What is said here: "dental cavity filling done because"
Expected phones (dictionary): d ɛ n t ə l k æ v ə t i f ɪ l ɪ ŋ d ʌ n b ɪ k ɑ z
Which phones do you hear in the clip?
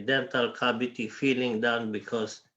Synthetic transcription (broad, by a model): d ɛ n t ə l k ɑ b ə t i f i l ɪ ŋ d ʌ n b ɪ k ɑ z